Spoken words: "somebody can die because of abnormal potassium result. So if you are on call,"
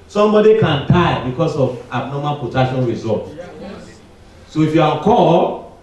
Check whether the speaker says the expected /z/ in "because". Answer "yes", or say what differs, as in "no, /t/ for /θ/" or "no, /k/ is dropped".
no, /s/ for /z/